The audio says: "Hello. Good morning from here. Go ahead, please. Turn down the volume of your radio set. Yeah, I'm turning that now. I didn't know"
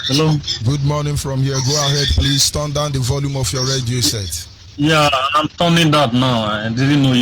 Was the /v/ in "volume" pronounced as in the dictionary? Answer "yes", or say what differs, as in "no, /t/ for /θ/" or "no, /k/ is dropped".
yes